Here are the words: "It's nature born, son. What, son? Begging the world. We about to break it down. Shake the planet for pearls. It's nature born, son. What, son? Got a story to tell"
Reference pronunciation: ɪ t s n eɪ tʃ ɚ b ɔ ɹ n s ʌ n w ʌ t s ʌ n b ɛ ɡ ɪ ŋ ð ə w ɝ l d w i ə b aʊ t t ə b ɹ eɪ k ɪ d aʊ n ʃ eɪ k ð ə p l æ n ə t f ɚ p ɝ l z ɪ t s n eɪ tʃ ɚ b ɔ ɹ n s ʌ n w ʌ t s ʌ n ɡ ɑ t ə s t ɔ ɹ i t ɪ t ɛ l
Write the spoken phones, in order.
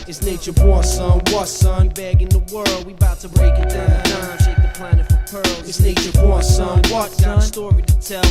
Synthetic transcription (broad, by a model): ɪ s n eɪ tʃ ɚ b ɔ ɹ s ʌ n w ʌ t s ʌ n b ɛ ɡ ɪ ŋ ð ə w ɝ l d w i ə b aʊ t t ə b ɹ eɪ k ɪ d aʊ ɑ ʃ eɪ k ð ə p l æ n ə t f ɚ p ɝ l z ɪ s n eɪ tʃ ɚ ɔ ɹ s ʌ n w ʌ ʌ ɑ ə s t ɔ ɹ i t ɪ t ɛ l